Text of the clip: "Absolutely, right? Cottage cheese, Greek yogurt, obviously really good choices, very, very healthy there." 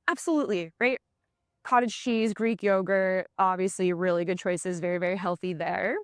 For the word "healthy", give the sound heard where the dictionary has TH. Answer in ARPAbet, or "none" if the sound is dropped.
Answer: TH